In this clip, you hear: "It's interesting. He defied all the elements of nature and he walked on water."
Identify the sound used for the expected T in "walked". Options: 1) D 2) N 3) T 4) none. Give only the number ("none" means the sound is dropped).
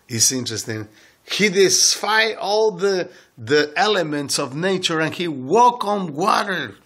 4